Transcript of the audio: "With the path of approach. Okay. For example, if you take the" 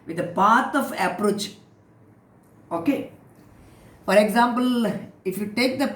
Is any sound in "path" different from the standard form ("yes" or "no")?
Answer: yes